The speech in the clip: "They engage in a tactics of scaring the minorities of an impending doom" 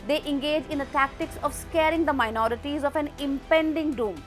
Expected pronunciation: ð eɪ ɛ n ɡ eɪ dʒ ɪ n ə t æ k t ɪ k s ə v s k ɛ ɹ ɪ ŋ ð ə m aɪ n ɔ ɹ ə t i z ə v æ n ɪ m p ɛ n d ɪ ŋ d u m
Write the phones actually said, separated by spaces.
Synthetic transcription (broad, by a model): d eɪ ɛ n ɡ eɪ dʒ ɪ n ə t æ k t ɪ k s ə v s k ɛ ɹ ɪ ŋ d ə m aɪ n ɔ ɹ ə t i z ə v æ n ɪ m p ɛ n d ɪ ŋ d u m